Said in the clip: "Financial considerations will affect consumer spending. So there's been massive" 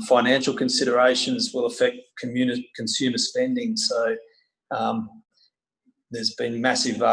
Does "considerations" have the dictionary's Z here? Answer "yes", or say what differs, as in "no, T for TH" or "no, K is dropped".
yes